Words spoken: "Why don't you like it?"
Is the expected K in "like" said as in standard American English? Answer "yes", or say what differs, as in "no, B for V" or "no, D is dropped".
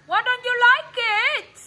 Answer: yes